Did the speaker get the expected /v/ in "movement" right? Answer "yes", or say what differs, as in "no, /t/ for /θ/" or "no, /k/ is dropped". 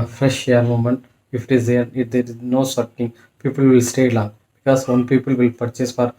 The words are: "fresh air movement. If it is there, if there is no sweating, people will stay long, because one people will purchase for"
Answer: no, /v/ is dropped